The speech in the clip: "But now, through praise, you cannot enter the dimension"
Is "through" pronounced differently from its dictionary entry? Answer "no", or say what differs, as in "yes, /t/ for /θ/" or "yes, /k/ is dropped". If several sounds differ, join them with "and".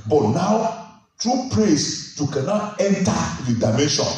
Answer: yes, /t/ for /θ/